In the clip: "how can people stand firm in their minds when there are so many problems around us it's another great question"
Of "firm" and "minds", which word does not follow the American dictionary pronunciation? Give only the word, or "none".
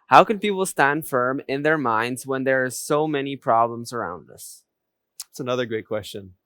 none